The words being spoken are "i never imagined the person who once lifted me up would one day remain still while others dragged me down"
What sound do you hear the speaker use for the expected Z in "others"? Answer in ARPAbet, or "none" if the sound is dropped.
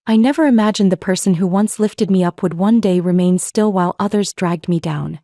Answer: Z